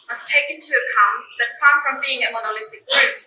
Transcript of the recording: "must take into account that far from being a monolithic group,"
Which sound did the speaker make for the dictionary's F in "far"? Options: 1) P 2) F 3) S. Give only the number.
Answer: 1